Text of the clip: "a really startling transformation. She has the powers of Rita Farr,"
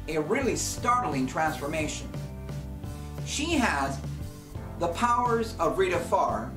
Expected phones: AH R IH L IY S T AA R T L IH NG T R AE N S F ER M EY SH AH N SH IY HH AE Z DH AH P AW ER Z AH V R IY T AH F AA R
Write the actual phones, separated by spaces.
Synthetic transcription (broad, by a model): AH R IH L IY S T AA R T L IH NG T R AE N S F ER M EY SH AH N SH IY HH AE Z DH AH P AW ER Z AH V R IY T AH F AA R